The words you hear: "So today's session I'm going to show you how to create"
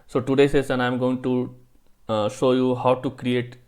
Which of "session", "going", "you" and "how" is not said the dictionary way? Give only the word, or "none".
session